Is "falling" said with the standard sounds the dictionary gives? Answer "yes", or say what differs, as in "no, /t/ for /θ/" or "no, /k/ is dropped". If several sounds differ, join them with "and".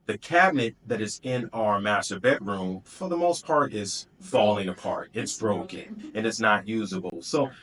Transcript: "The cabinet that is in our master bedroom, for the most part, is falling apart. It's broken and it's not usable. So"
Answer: yes